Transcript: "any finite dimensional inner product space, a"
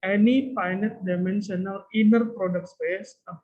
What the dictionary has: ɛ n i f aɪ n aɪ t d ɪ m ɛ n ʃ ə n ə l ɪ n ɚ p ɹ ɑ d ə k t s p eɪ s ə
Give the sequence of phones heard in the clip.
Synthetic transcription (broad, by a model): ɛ n i p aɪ n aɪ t d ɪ m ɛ n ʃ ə n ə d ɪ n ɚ p ɹ ɑ d ə k t s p eɪ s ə